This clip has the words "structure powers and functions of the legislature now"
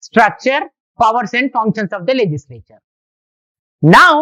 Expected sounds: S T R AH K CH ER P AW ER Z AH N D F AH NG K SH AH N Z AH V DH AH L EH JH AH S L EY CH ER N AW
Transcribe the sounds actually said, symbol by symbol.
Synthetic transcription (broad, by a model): S T R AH K CH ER P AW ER S AH N D F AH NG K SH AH N S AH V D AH L EH JH AH S L EY CH ER N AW